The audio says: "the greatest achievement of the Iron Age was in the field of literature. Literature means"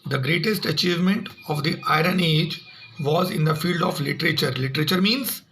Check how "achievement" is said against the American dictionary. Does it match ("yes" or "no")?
yes